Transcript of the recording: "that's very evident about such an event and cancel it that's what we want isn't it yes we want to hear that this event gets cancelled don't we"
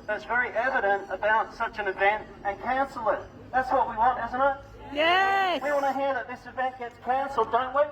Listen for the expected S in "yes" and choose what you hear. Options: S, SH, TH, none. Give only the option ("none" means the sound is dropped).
none